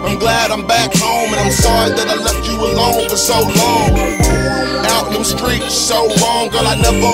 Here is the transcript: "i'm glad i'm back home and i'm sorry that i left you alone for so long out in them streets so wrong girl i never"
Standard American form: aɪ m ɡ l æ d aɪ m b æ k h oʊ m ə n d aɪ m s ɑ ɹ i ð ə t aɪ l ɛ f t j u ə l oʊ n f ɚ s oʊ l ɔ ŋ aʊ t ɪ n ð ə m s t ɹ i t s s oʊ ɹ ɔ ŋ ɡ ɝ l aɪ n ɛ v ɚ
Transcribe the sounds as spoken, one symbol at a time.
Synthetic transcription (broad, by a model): aɪ m ɡ l æ d aɪ m b æ k h oʊ m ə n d aɪ m s ɑ ɹ i ð ə t aɪ l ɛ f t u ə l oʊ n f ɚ s oʊ l ɔ ŋ aʊ t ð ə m s t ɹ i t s s oʊ l ɔ ŋ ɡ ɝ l aɪ n ɛ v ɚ